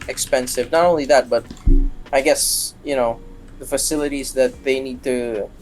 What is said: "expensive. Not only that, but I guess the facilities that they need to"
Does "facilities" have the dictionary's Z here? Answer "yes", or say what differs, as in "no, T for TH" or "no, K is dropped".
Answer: yes